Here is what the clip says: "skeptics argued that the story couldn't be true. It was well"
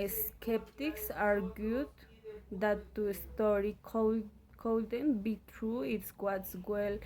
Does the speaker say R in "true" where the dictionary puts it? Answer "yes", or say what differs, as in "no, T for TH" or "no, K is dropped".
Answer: yes